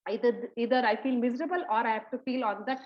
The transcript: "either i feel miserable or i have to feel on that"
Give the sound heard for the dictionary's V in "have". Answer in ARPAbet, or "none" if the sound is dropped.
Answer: P